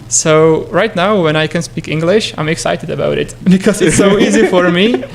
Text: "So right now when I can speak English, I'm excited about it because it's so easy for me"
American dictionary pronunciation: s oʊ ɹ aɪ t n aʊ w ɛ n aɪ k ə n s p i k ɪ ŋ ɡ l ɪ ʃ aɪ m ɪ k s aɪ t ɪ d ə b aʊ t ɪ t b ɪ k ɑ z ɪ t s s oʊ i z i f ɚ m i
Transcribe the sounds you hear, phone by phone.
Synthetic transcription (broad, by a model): s oʊ ɹ aɪ t n aʊ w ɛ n aɪ k ə n s p i k ɪ ŋ ɡ l ɪ ʃ aɪ m ɪ k s aɪ t ɪ d ə b aʊ t ɪ t b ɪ k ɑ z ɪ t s s oʊ i z i f ɚ m i